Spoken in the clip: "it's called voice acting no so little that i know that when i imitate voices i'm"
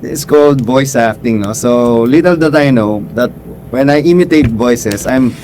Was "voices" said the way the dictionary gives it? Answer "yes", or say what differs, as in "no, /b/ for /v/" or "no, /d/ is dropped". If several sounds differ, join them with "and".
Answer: no, /s/ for /z/